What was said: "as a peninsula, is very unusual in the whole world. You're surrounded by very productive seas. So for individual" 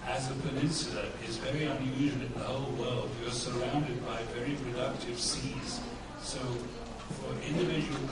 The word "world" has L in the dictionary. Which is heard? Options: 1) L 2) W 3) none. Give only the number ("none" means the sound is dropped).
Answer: 1